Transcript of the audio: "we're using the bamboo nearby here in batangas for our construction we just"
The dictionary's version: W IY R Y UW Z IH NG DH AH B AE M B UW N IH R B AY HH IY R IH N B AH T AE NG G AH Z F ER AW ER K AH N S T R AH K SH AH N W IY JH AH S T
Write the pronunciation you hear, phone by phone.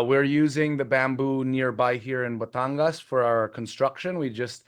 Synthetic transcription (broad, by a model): W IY R Y UW Z IH NG DH AH B AE M B UW N IH R B AY HH IY R IH N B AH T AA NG G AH S F ER AW ER K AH N S T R AH K SH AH N W IY JH AH S T